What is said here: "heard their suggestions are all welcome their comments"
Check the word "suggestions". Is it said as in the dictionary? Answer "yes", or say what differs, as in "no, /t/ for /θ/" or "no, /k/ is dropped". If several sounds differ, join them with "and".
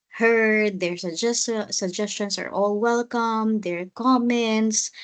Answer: no, /s/ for /z/